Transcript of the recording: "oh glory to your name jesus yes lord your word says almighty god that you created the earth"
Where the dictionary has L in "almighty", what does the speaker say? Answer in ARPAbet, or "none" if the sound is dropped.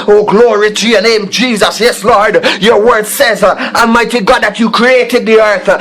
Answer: none